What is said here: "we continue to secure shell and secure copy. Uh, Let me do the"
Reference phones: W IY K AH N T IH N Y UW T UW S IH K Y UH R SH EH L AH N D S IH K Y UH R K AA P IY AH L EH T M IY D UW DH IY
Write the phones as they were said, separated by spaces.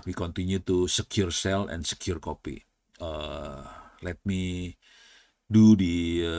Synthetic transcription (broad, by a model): W IY K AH N T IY N Y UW T UW S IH K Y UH R S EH L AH N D S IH K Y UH R K AA P IY AH L EH T M IY D UW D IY